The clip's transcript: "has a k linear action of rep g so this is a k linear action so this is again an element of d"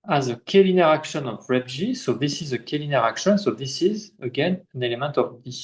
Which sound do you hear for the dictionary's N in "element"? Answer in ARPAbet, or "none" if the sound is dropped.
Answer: N